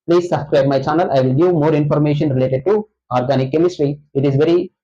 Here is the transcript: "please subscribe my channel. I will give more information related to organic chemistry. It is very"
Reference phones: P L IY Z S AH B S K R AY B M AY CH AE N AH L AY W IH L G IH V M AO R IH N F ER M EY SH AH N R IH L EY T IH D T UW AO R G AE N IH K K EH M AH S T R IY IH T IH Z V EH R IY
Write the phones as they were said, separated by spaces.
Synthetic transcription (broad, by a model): P L IY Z S AH B S K R AY B M AY CH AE N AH L AY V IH L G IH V M AO R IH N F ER M EY SH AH N R IH L EY T IH D T UW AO R G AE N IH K K EH M AH S T R IY IH T IH Z V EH R IY